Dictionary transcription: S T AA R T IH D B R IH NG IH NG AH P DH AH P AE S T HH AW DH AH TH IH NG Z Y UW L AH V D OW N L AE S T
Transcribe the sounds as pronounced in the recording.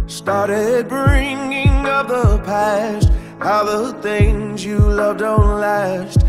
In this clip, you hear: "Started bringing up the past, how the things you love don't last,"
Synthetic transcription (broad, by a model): S T AA R T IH D B R IH NG IH NG AH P DH AH P AE S T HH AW DH AH TH IH NG Z Y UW L AH V D OW N L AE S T